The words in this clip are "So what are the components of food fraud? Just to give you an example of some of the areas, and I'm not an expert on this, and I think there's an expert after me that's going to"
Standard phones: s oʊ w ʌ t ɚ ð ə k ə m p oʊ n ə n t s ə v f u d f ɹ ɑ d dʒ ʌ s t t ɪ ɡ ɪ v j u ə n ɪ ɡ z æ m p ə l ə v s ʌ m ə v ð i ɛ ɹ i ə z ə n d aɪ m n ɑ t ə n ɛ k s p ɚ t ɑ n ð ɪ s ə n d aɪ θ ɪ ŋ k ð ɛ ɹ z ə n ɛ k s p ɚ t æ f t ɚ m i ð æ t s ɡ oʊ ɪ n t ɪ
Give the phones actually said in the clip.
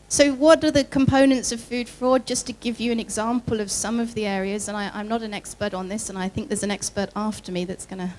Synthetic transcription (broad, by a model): s oʊ w ʌ t ɚ ð ə k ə m p oʊ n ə n t s ə v f u d f ɹ ɑ d dʒ ʌ s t t ɪ ɡ ɪ v j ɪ ə n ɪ ɡ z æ m p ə l ə v s ʌ m ə v ð i ɛ ɹ i ə z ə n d aɪ m n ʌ t ə n ɛ k s p ɚ t n ð ɪ s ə n aɪ θ ɪ ŋ k ð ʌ ɹ z ə n ɛ k s p ɚ t æ f t ɚ m i ð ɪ t s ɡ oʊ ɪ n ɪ